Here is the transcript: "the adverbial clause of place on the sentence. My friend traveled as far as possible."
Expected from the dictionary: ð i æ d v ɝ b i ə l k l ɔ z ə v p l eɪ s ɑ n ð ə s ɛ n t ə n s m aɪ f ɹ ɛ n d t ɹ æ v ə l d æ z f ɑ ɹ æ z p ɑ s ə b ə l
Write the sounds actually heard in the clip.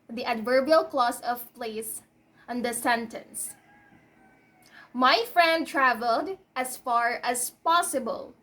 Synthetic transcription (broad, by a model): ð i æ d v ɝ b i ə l k l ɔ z ə v p l eɪ s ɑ n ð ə s ɛ n t ə n s m aɪ f ɹ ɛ n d t ɹ æ v ə l d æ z f ɑ ɹ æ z p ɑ s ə b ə l